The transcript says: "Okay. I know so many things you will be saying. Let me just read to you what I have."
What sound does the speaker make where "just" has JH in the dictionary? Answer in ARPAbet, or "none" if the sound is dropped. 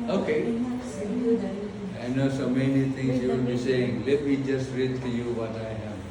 JH